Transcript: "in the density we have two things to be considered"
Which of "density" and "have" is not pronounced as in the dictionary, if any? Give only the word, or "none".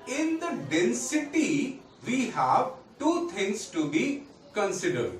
none